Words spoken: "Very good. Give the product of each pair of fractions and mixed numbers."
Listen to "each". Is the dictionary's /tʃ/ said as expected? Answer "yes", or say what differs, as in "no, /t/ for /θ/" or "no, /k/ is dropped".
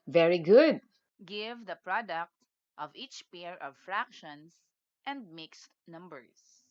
yes